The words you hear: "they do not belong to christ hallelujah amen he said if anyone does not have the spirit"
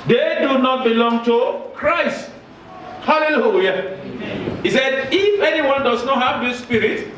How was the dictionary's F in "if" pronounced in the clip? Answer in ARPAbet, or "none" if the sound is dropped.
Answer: F